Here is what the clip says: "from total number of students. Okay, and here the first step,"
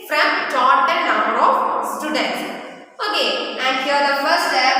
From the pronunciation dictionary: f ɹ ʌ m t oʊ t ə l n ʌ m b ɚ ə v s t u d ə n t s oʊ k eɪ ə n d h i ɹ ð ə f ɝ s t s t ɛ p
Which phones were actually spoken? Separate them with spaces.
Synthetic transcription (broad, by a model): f ɹ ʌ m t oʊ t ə n n ʌ m b ɚ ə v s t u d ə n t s oʊ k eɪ ə n d h i ɹ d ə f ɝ t s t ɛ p